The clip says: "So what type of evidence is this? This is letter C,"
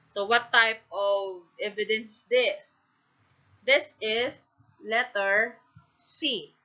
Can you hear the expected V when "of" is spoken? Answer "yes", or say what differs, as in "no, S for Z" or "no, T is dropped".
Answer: yes